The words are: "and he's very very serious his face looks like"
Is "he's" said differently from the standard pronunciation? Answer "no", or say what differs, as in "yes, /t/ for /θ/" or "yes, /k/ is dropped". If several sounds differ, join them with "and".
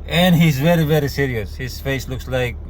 no